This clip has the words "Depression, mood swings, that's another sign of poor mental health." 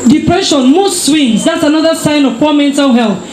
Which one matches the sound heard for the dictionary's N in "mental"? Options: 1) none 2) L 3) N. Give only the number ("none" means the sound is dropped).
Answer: 3